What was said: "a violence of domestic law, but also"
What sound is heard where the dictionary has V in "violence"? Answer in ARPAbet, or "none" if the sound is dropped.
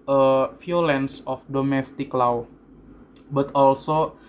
F